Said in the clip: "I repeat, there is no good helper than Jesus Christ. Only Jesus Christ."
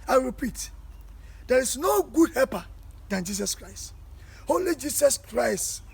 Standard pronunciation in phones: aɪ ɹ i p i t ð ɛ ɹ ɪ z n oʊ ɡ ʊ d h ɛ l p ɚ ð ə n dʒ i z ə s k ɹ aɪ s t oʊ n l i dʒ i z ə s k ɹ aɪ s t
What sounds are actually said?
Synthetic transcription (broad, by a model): aɪ ɹ i p i t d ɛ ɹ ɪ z n oʊ ɡ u d h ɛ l p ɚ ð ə n dʒ i s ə s k ɹ aɪ s t oʊ l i dʒ i s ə s k ɹ aɪ s t